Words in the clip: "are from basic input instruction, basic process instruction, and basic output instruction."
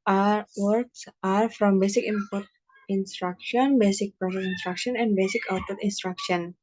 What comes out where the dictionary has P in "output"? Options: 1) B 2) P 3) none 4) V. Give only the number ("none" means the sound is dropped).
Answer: 3